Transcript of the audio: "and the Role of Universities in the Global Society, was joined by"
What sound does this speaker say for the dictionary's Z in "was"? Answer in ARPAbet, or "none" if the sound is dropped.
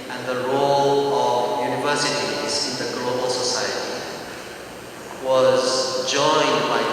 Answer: Z